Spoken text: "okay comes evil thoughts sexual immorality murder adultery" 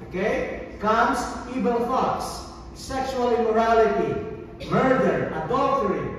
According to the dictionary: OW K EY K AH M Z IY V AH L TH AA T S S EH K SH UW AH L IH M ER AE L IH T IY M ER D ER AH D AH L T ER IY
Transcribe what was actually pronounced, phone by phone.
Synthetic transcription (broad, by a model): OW K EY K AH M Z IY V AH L F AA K S S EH K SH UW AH L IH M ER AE L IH T IY M ER D ER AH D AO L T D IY